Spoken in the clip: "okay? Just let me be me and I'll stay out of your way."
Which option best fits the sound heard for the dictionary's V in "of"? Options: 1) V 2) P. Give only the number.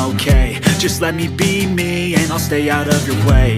1